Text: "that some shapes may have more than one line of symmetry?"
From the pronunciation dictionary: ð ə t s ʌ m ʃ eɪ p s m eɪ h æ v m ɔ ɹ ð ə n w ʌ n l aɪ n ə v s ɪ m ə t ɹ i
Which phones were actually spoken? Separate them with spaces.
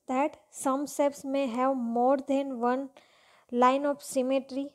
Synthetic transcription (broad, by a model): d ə t s ʌ m s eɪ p s m eɪ h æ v m ɔ ɹ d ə n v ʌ n l aɪ n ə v s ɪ m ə t ɹ i